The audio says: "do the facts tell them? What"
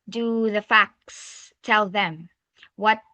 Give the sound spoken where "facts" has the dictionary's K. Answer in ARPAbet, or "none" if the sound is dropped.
K